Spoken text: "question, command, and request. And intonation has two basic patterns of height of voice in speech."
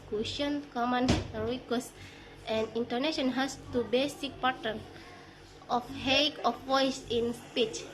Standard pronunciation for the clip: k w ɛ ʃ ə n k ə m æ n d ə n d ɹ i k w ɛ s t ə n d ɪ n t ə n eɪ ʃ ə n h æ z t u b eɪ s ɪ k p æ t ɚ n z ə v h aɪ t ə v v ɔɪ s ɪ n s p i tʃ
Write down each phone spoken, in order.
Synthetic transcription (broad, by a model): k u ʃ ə n k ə m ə n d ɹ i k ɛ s t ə n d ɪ n t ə n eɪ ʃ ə n h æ s t u b eɪ s ɪ k p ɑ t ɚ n ə f h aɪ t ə f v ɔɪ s ɪ n s p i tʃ